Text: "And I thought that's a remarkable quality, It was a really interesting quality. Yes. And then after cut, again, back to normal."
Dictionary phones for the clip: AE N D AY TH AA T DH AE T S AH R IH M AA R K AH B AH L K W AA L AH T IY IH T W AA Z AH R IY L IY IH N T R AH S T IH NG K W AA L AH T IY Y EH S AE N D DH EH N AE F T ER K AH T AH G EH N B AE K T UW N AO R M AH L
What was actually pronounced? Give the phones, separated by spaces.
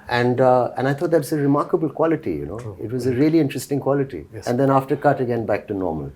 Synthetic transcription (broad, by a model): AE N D AY T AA T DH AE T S AH R IH M AA R K AH B AH L K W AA L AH T IY IH T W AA Z AH R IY L IY IH N T R AH S T IH NG K W AA L AH T IY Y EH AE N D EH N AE F T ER K AH T AH G EH N B AE K T UW N AO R M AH L